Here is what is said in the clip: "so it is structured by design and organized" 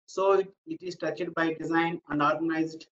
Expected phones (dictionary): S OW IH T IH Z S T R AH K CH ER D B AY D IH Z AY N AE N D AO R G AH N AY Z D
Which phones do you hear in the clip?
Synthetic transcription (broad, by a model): S OW IH T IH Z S T AH CH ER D B AY D IH Z AY N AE N D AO R G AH N AY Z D